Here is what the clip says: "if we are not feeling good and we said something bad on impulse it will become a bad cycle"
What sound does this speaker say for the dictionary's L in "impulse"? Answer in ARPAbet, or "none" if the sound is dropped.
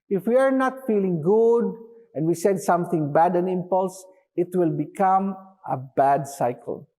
L